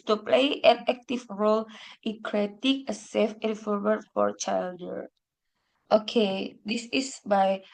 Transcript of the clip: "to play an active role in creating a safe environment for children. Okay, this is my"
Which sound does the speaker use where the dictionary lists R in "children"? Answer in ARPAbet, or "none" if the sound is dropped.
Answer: none